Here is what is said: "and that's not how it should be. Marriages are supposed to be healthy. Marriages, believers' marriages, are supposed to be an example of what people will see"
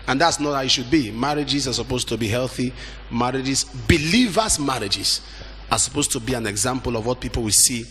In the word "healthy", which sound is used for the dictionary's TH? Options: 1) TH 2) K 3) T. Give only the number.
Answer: 1